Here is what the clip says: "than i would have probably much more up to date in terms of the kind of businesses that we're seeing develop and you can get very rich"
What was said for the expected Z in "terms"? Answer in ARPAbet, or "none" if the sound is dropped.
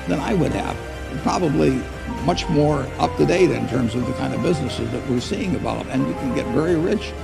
Z